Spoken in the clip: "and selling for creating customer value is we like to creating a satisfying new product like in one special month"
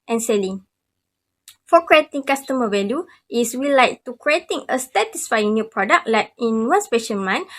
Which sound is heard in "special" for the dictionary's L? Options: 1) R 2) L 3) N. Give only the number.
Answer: 3